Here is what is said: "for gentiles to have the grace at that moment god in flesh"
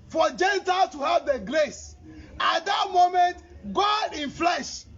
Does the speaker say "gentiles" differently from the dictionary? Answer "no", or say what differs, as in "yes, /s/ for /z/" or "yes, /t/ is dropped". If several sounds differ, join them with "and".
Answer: yes, /z/ is dropped